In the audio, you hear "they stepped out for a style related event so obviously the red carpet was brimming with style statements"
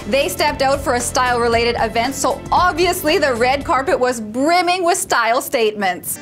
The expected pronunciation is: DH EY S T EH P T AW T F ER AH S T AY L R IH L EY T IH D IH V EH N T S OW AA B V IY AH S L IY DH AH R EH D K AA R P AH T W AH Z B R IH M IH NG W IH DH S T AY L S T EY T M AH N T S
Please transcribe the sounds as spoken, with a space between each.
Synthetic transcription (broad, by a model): DH EY S T EH P T AW T F ER AH S T AY L R IH L EY T IH D IH V EH N T S OW AA B V IY AH S L IY DH AH R EH D K AA R P AH T W AH Z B R IH M IH NG W IH DH S T AY L S T EY T M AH N T S